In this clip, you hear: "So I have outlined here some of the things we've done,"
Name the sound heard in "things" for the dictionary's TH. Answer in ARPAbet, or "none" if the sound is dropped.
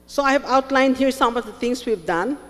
T